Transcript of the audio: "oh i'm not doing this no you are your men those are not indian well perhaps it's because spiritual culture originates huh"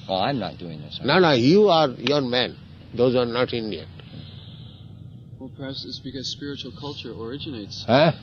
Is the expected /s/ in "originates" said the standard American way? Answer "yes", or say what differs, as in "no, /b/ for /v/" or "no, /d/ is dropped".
yes